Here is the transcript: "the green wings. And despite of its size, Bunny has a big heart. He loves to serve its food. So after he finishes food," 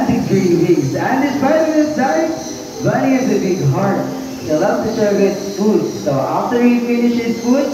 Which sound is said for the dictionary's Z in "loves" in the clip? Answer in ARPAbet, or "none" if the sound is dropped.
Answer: none